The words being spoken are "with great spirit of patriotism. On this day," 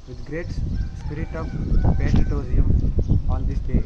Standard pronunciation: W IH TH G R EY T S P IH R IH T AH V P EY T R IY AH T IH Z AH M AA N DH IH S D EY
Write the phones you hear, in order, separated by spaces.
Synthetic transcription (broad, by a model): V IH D G R EY T S P IH R IH T AH V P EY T IY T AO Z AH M AA N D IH S D EY